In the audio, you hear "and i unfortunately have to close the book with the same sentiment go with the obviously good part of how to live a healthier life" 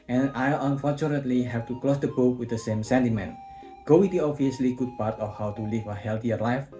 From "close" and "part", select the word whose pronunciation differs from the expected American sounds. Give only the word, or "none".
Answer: none